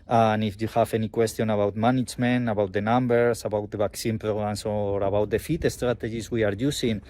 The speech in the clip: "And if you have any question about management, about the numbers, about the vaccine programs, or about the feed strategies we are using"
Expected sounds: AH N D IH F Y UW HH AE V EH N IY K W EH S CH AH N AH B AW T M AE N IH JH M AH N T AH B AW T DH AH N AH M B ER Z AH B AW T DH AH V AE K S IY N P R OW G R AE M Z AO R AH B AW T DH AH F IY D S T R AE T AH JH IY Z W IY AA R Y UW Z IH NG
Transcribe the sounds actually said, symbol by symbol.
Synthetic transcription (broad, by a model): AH N IH F Y UW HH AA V EH N IY K W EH S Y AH N AH B AW T M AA N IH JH M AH N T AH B AW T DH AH N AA M B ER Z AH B AW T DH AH B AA K S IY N P R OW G R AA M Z AO R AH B AW T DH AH F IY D S T R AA T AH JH IY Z W IY AA R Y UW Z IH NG